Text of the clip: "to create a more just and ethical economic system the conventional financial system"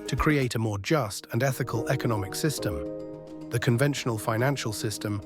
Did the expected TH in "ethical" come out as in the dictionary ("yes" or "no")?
yes